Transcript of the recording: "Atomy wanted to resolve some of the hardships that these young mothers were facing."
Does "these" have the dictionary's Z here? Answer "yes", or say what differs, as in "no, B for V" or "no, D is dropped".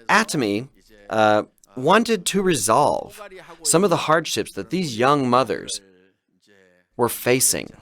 yes